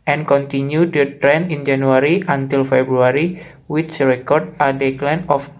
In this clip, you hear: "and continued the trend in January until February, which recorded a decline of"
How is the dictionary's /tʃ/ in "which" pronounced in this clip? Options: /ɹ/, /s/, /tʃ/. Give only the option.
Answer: /s/